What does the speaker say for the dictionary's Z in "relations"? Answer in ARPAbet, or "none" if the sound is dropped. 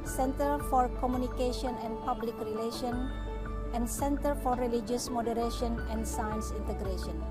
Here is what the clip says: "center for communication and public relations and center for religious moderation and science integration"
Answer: none